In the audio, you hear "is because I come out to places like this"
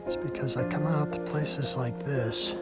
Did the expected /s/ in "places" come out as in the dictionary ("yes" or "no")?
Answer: yes